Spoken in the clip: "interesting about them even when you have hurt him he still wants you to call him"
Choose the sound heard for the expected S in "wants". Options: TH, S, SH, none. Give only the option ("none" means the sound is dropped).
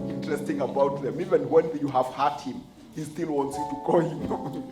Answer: S